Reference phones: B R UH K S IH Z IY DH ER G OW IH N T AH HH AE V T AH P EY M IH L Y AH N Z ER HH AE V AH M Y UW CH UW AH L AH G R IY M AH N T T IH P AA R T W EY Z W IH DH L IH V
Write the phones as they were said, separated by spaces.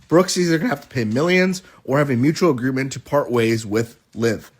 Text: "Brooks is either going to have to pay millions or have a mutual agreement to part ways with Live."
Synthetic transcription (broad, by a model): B R UH K S IH Z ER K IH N HH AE F T AH P EY M IH L Y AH N Z ER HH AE V AH M Y UW CH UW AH L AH G R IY M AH N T T IH P AA R T W EY Z W IH DH L IH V